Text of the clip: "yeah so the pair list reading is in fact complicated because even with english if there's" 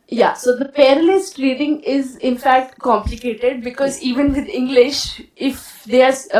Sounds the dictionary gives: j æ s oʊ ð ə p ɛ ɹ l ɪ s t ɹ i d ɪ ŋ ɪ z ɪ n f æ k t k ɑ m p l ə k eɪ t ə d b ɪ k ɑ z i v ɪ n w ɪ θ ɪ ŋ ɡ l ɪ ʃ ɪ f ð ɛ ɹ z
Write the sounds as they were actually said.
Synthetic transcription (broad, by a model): j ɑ s oʊ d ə p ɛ ɹ l ɪ s t ɹ i d ɪ ŋ ɪ z ɪ n f æ k t k ɑ m p l ə k eɪ t ə d b ɪ k ɑ z i v ɪ n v ɪ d ɪ ŋ ɡ l ɪ ʃ ɪ f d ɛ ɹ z